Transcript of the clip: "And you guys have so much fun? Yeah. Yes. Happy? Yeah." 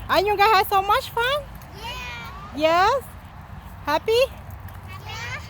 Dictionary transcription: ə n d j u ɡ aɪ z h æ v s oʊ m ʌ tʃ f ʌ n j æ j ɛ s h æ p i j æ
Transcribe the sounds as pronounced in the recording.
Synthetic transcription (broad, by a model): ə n j u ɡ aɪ h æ s oʊ m ʌ tʃ f ʌ n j j ɛ s h æ p i